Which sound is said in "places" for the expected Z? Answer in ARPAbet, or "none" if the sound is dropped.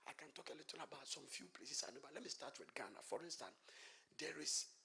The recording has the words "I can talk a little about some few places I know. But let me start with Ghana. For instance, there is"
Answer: S